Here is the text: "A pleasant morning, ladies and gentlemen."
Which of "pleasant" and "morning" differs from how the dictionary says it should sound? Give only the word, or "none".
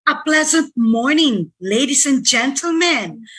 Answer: none